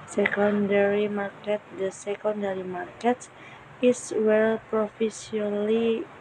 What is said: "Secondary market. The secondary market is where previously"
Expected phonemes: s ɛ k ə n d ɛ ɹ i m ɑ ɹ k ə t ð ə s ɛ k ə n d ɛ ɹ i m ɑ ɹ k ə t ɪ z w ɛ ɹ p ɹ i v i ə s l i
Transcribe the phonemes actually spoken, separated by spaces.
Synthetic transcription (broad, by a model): s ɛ k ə n d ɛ ɹ i m ɑ ɹ k ə t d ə s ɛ k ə n d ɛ ɹ i m ɑ ɹ k ə t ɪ s w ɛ l p ɹ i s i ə l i